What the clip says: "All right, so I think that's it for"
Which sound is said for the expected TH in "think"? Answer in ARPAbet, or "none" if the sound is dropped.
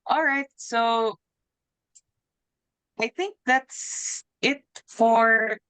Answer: TH